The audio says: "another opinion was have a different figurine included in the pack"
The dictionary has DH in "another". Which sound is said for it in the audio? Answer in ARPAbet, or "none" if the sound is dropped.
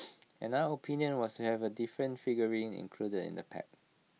none